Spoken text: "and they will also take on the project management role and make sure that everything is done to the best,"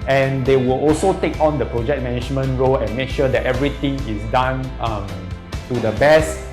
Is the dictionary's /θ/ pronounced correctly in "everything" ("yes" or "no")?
no